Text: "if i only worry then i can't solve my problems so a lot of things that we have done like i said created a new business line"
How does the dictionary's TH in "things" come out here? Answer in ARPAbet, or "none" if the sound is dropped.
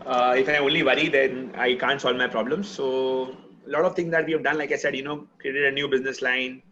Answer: T